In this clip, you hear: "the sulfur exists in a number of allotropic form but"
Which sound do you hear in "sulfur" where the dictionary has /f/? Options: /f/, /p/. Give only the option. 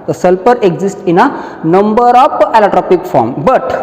/p/